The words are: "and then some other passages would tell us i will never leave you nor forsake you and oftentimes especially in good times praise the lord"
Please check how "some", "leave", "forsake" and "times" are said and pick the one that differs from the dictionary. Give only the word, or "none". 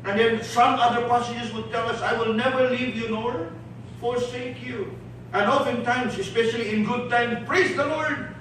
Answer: times